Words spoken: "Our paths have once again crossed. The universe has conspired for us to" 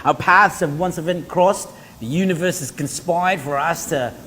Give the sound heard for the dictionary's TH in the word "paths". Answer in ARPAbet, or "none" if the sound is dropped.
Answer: TH